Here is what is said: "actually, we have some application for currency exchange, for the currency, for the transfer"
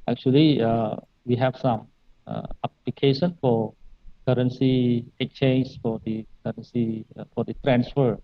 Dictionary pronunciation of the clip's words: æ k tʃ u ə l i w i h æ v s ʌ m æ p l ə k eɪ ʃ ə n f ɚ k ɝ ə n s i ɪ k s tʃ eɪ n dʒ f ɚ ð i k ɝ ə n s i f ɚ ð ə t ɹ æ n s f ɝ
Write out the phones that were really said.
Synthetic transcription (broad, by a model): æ k tʃ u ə l i w i h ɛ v s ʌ m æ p l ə k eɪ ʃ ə n f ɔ k ɝ ə n s i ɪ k tʃ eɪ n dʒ f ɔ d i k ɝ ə n s i f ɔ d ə t ɹ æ n s f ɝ